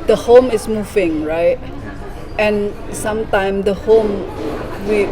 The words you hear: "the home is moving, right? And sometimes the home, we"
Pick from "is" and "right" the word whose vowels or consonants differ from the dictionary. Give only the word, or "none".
is